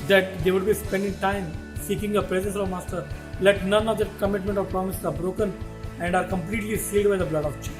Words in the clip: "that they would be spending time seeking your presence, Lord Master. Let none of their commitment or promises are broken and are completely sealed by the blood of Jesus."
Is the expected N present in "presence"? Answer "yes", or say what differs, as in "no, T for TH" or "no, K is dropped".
yes